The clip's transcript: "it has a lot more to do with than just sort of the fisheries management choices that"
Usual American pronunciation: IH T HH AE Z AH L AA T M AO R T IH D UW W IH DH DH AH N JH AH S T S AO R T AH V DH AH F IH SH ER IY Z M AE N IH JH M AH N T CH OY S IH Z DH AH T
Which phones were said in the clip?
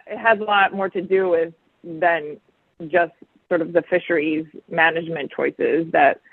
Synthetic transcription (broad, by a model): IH T HH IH Z AH L AA T M AO R T IH D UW W IH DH DH AH N JH AH S T S AO R T AH V DH AH F IH SH ER IY Z M AE N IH JH M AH N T CH OY S IH Z DH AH T